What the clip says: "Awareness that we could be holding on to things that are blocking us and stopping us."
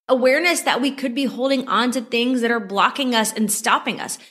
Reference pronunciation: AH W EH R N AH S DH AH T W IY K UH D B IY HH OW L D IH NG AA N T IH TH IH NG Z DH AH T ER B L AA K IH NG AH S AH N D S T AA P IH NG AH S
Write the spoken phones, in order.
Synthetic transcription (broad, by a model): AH W EH R N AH S DH AH T W IY K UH D B IY HH OW L D IH NG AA N T IH TH IH NG Z DH AH T ER B L AA K IH NG AH S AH N S T AA P IH NG AH S